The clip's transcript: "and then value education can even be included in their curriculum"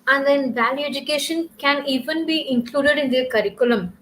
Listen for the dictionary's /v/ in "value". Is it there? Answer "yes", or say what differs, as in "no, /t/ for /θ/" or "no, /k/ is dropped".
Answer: yes